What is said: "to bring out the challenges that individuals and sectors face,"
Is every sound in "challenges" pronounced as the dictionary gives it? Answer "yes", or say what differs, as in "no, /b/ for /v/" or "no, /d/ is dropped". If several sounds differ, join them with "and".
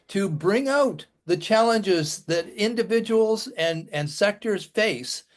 yes